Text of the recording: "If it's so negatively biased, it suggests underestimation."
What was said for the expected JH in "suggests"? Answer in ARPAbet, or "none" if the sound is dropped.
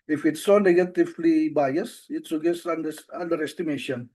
none